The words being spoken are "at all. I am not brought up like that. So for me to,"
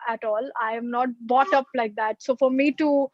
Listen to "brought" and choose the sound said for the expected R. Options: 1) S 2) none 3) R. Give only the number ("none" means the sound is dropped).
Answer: 2